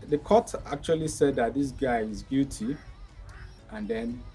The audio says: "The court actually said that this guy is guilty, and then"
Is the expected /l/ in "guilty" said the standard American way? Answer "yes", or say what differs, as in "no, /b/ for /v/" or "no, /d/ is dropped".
no, /l/ is dropped